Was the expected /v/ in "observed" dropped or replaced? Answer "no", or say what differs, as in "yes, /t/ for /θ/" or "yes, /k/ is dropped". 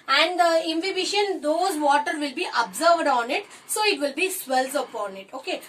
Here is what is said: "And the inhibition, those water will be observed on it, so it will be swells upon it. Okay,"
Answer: no